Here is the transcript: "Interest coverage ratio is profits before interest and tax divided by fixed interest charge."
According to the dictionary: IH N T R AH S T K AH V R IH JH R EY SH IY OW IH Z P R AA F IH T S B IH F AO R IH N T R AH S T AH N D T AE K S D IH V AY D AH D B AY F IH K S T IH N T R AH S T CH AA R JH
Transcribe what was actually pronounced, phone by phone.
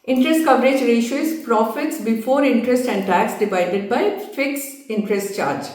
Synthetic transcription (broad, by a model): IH N T R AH S T K AH V R IH JH R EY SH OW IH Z P R AA F IH T S B IH F AO R IH N T R AH S T AH N D T AE K S D IH V AY D AH D B AY F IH K S IH N T R AH S T CH AA R JH